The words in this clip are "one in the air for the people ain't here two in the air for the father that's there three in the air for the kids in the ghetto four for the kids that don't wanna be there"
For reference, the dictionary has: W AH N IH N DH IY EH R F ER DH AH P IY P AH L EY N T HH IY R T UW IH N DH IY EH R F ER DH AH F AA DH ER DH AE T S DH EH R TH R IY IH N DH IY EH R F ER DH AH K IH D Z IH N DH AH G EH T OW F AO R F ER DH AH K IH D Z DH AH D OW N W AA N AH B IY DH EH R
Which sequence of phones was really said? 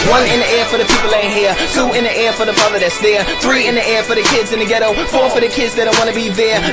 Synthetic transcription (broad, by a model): W AH N IH N DH IY EH R F ER DH AH P IY P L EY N HH IY R T UW IH N DH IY EH R F ER DH AH F AA DH ER DH AE T S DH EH R TH R IY IH N DH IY EH R F ER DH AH K IH D Z IH N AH G EH T OW F AO R F ER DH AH K IH D Z DH AH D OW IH W AA N AH B IY DH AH R